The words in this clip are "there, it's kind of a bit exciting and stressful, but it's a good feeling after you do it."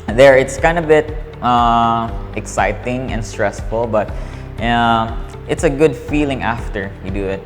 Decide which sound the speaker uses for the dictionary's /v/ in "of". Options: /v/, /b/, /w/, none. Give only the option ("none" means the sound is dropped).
/b/